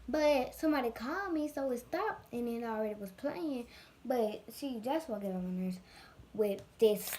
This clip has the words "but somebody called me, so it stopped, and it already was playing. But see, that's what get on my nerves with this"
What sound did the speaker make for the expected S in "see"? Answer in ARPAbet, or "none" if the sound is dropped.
SH